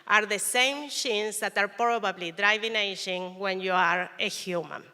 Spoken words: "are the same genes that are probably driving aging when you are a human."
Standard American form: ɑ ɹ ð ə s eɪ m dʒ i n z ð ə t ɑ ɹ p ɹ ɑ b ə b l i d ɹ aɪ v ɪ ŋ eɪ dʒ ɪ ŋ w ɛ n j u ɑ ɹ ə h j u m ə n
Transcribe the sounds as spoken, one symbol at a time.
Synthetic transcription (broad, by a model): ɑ ɹ ð ə s eɪ m ʃ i n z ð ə t ɑ ɹ p ɹ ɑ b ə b l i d ɹ aɪ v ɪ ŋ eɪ ʃ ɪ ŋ w ɛ n j u ɑ ɹ ə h j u m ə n